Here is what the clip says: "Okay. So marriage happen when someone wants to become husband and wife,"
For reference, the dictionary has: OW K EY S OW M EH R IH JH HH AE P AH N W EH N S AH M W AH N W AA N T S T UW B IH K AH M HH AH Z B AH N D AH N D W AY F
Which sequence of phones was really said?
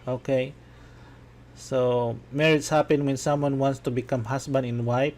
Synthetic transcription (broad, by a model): OW K EY S OW M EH R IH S HH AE P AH N W EH N S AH M W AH N W AA N T S T UW B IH K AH M HH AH S B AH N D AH N W AY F